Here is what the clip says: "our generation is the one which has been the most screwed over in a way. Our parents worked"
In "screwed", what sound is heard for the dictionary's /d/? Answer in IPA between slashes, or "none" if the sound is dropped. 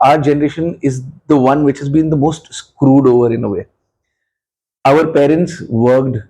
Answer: /d/